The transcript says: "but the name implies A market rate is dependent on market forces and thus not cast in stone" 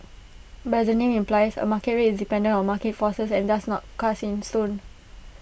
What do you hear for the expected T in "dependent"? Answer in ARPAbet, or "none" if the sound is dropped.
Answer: none